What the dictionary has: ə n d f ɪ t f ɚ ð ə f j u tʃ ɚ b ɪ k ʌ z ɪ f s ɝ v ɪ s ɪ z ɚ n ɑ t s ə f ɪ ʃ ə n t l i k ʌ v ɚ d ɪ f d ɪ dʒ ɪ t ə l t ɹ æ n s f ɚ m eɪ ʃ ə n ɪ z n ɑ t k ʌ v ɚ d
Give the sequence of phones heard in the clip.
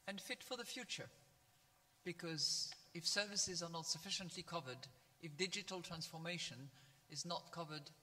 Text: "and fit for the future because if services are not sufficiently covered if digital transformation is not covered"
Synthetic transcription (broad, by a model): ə n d f ɪ t f ɚ ð ə f j u tʃ ɚ b ɪ k ʌ z ɪ f s ɝ v ɪ s ɪ z ɚ n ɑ t s ə f ɪ ʃ ə n t l i k ʌ v ɚ d ɪ f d ɪ dʒ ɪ t l t ɹ æ n s f ɚ m eɪ ʃ ə n ɪ z n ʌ t k ʌ v ɚ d